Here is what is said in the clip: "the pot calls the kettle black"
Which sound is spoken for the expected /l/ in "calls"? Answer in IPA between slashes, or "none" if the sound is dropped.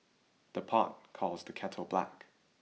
/l/